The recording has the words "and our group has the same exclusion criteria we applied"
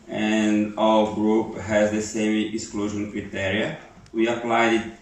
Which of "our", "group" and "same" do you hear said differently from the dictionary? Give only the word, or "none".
our